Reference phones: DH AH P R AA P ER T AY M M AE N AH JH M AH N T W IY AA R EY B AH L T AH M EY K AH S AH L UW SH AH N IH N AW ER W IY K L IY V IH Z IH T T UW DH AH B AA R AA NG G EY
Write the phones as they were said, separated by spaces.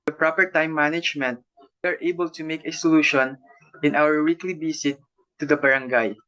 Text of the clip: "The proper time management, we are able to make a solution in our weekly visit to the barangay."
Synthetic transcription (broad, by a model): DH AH P R AA P ER T AY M M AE N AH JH M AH N T W IY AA R EY B AH L T AH M EY K AH S AH L UW SH AH N IH N AW ER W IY K L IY B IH S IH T T UW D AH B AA R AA NG G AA